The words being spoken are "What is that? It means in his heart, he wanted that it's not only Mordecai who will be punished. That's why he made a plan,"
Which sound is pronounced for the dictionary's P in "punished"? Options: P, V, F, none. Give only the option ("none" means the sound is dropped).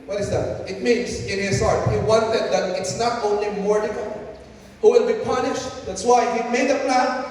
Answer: P